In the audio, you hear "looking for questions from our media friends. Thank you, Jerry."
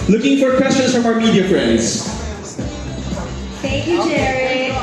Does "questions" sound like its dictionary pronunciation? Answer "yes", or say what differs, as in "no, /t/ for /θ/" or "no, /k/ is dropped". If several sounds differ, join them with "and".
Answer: yes